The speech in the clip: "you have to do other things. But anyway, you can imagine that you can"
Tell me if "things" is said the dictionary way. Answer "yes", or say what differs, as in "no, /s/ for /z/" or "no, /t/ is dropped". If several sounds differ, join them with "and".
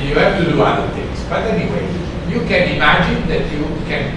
no, /t/ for /θ/ and /s/ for /z/